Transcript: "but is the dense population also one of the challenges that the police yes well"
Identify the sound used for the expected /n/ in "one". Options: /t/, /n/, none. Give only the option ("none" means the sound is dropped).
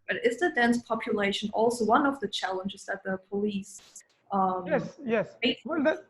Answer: /n/